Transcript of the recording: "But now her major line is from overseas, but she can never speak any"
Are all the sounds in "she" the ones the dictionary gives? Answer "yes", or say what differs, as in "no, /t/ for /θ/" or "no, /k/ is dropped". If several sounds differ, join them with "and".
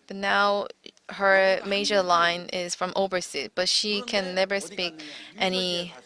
yes